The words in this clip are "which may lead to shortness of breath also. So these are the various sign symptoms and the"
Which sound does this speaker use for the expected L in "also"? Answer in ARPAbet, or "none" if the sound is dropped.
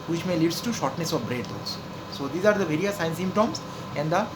none